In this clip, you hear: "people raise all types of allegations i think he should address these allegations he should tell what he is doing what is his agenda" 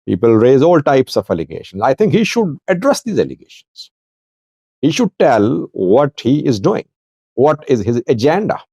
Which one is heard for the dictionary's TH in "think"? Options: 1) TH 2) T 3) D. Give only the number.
2